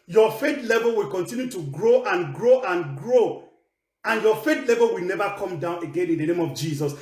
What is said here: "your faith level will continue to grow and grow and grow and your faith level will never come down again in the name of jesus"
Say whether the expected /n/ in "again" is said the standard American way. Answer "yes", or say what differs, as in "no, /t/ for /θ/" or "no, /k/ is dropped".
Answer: yes